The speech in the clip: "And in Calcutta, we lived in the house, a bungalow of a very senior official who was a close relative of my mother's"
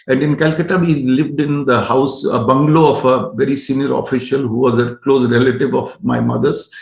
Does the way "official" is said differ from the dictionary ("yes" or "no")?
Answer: no